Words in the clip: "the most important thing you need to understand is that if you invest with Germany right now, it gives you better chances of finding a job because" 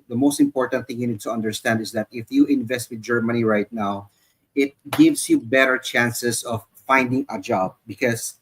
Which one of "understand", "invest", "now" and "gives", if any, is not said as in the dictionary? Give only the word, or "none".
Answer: gives